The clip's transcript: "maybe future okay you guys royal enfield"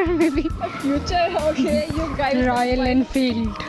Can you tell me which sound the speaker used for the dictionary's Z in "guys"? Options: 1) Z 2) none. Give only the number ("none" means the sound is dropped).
2